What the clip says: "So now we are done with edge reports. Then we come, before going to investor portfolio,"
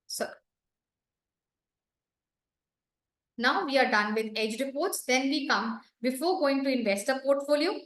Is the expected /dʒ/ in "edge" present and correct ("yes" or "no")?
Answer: yes